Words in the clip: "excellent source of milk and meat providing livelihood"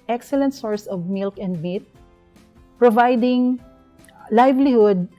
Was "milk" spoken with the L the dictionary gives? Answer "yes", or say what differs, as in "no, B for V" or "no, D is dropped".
yes